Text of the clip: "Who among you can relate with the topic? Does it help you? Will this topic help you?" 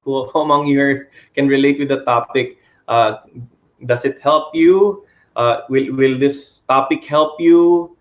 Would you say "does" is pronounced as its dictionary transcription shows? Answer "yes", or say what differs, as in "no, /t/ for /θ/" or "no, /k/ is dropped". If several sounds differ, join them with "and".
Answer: no, /s/ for /z/